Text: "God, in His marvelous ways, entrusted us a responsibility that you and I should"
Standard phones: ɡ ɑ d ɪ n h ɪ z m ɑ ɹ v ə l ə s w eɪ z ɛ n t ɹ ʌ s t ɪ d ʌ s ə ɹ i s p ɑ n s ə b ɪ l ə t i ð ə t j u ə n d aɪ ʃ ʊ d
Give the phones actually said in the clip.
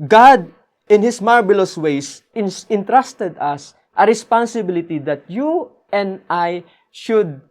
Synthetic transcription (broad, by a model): ɡ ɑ d ɪ n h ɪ s m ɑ ɹ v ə l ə s w eɪ s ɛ n t ɹ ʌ s t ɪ d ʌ s ə ɹ i s p ɑ n s ə b ɪ l ə t i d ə t j u ə n d aɪ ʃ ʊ d